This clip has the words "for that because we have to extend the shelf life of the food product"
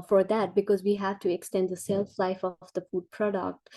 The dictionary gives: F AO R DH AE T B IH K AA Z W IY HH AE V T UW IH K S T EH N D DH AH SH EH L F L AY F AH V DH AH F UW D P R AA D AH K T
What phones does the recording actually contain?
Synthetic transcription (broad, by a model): F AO R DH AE T B IH K AA Z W IY HH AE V T UW IH K S T EH N D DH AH S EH L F L AY F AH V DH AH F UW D P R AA D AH K T